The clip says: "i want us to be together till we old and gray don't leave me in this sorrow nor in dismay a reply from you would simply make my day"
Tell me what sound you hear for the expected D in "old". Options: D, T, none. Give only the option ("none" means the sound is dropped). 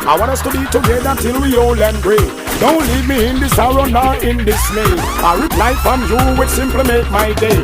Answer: none